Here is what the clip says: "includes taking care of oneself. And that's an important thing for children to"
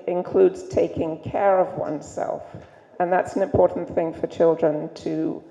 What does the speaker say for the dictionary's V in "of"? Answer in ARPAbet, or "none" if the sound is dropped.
V